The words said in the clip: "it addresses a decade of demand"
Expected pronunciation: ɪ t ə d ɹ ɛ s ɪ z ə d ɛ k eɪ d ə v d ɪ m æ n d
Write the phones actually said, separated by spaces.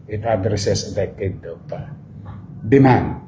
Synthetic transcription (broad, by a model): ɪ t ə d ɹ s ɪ s ə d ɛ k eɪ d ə p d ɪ m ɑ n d